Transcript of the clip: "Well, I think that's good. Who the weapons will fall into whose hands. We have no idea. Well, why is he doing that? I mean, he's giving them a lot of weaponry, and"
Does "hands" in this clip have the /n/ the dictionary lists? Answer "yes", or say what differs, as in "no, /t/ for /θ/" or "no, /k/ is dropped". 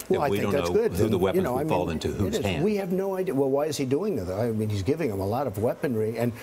no, /n/ is dropped